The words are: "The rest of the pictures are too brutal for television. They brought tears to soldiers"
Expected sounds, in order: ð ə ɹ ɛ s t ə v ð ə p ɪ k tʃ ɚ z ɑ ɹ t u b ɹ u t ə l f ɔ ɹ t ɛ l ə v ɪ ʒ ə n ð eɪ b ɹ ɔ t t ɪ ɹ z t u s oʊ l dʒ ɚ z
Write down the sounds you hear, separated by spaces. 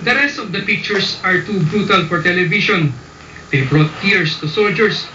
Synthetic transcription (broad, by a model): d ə ɹ ɛ s t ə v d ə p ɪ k tʃ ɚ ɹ ɑ ɹ t u b ɹ u t ə l f ɔ ɹ t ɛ l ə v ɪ ʃ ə n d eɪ b ɹ ɔ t t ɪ ɹ s t u s oʊ l dʒ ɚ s